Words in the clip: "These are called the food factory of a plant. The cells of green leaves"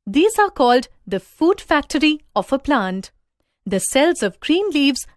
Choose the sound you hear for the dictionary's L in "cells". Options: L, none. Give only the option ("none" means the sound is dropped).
L